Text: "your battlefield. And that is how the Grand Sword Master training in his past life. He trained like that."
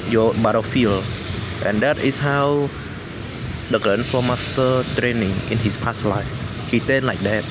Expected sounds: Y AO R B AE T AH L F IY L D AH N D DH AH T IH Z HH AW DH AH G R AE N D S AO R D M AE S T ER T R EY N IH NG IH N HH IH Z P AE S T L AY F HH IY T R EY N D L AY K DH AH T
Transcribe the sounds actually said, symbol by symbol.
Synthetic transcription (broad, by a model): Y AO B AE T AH F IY L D AH N D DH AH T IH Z HH AW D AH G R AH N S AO M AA S T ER T R EY N IH NG IH N HH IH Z P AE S L AY F HH IY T EY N L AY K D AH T